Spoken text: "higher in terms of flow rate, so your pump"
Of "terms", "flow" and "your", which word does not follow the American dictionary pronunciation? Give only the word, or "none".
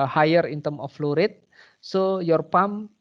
terms